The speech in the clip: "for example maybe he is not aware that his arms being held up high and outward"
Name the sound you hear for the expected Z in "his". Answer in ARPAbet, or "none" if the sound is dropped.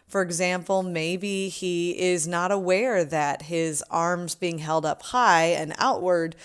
Z